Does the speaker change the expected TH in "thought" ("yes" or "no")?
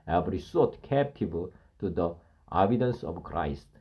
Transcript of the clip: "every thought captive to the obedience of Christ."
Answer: yes